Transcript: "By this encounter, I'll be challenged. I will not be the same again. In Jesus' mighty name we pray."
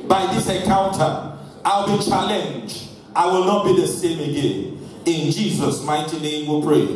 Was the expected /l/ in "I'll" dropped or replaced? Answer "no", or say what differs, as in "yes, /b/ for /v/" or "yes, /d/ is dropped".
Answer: no